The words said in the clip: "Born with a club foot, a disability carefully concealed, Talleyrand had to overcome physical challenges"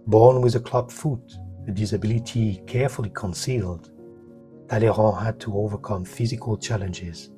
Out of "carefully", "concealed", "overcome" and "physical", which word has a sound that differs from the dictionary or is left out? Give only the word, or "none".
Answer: none